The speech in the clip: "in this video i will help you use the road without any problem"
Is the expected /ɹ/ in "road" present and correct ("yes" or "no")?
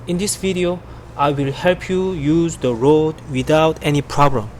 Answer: yes